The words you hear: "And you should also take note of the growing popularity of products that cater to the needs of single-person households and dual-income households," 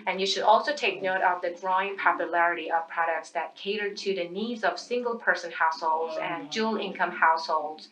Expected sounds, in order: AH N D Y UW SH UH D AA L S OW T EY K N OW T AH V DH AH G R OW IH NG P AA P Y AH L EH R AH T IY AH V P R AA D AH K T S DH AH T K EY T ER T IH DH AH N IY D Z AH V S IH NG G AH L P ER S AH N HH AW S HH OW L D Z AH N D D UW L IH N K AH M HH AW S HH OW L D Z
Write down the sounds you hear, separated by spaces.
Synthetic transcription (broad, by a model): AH N Y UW SH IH D AA L S OW T EY K N OW T AH V DH AH G R OW IH NG P AA P Y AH L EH R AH T IY AH V P R AA D AH K T S DH AH T K EY T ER T IH DH AH N IY D Z AH V S IH NG G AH L P ER S AH N HH AW S HH OW L D Z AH N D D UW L IH N K AH M HH AW S HH OW L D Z